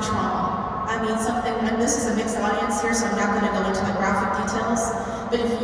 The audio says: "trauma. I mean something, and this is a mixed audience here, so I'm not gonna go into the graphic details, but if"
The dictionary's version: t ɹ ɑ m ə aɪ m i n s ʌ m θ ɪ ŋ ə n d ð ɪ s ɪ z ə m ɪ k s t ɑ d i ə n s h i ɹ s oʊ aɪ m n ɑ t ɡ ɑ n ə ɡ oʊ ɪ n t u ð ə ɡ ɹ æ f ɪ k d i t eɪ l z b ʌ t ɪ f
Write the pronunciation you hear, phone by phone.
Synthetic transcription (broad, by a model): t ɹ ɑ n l aɪ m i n s ʌ m θ ɪ ŋ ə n ð ɪ s ɪ z ə m ɪ k s t ɑ d i ə n s h i ɹ s oʊ aɪ m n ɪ t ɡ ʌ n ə ɡ oʊ ɪ n t u ð ə ɡ ɹ æ f ɪ k d i t eɪ l z b ʌ t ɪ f